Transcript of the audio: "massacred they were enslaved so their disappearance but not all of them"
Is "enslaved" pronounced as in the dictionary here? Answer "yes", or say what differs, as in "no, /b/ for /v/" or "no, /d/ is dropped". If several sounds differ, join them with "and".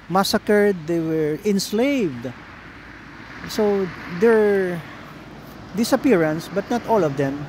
yes